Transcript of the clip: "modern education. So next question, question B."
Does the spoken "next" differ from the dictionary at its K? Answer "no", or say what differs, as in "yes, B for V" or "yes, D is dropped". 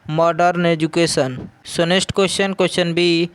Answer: yes, K is dropped